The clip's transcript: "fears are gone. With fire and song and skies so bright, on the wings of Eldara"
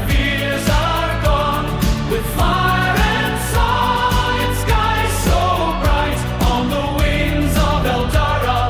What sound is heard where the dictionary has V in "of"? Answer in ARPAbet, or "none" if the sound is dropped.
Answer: V